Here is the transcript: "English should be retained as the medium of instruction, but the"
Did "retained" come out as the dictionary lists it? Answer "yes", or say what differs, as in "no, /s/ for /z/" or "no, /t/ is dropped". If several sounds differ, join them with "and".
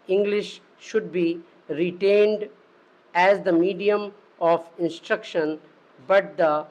yes